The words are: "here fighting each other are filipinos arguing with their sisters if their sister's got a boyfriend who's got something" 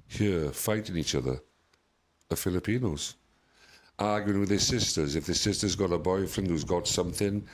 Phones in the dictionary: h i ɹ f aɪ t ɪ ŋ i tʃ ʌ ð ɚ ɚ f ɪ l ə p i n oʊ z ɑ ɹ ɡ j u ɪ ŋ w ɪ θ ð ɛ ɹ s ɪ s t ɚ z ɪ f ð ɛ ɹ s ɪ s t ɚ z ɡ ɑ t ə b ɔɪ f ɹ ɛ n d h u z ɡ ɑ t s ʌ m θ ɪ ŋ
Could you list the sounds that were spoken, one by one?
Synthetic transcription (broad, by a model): h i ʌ f aɪ t ɪ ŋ i tʃ ʌ ð ɚ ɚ f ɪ l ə p i n oʊ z ɑ ɹ ɡ j u ɪ ŋ w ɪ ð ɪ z s ɪ s t ɚ z ɪ f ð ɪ s ɪ s t ɚ z ɡ ɑ t ə b ɔɪ f ɹ ɛ n d h u z ɡ ɑ t s ʌ m θ ɪ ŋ